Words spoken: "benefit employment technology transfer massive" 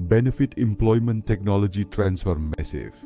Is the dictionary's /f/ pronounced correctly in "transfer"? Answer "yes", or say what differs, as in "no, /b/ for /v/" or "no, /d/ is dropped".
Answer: yes